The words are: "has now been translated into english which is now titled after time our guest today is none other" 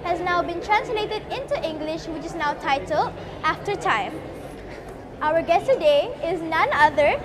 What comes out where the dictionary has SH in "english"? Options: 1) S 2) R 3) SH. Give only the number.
3